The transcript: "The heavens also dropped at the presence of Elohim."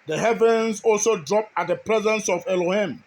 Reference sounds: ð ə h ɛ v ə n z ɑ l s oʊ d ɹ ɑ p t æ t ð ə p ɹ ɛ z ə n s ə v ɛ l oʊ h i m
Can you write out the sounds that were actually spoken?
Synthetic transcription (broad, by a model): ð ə h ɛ v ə n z ɑ l s oʊ d ɹ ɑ p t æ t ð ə p ɹ ɛ z ə n s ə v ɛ l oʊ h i m